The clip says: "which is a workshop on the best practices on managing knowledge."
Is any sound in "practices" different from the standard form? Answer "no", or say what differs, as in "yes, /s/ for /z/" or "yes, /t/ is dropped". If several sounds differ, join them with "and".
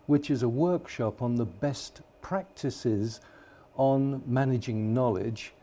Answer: no